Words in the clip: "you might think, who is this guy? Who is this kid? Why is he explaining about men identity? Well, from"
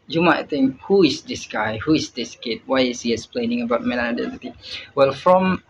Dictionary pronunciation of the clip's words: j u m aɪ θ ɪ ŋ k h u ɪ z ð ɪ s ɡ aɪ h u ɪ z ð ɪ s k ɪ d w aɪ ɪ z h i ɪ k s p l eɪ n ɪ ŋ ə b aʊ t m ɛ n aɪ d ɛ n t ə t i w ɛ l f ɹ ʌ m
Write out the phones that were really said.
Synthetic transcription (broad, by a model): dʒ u m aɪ t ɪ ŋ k h u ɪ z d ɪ s ɡ aɪ h u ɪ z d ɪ s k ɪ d w aɪ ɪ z h i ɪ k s p l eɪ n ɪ ŋ ə b aʊ t m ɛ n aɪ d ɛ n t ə t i w ɛ l f ɹ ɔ m